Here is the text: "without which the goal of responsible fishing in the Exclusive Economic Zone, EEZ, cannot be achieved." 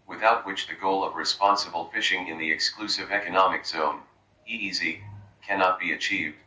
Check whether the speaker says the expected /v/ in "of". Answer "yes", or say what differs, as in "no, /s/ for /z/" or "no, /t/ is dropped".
yes